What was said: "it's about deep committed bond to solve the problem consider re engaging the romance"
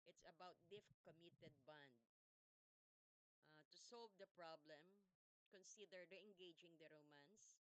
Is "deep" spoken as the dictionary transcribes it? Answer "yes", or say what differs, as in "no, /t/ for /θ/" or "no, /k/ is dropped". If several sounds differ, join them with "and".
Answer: no, /f/ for /p/